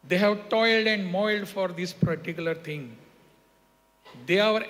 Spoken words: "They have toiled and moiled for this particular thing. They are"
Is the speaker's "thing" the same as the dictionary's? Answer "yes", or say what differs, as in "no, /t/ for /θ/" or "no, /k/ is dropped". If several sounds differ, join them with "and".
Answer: no, /t/ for /θ/